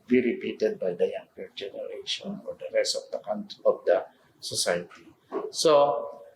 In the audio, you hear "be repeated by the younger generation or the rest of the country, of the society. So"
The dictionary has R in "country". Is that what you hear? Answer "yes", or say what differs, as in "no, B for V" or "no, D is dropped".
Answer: no, R is dropped